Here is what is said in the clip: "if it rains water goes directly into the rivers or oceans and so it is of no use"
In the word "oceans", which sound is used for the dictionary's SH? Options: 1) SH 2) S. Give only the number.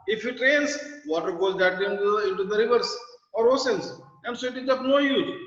2